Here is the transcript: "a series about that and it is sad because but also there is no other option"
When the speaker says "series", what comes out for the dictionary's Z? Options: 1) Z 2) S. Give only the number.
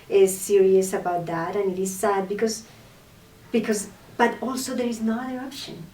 2